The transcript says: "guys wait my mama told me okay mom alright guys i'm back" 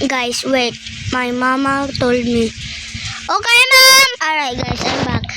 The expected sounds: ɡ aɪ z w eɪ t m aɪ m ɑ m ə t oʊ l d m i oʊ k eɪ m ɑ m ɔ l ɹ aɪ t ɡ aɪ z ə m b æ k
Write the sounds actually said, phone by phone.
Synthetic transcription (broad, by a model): ɡ aɪ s w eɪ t m aɪ m ɑ m ə t oʊ l d m i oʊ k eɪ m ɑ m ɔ ɹ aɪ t ɡ aɪ s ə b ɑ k